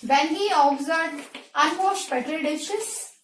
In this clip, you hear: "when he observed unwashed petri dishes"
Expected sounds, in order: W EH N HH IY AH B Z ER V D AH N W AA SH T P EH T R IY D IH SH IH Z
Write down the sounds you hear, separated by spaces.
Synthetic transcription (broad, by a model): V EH N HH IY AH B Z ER D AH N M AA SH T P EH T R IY D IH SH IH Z